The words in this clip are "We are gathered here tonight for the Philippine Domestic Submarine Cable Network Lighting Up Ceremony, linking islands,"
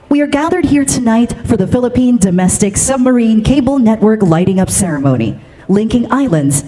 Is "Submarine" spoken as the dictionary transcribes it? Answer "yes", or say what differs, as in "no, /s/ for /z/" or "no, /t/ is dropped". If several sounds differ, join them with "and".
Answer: yes